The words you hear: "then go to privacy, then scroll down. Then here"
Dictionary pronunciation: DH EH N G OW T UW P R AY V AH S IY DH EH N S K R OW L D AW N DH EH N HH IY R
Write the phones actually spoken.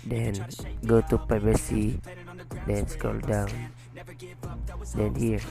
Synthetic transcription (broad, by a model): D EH N G OW T UW P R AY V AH S IY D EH N S K OW L D AW N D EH N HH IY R